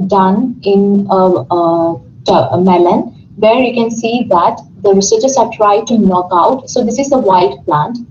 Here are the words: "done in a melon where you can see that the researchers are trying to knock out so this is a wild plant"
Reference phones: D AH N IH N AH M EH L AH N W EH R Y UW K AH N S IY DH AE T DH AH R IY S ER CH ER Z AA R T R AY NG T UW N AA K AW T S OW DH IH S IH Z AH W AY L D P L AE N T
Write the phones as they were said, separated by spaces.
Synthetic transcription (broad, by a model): D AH N IH N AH M EH L AH N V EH R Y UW K AH N S IY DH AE T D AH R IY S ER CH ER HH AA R T R AY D T UW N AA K AW T S OW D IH S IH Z AH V AY D P L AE N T